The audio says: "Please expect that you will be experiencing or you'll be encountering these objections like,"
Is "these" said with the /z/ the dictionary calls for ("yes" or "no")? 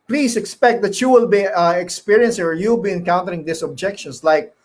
no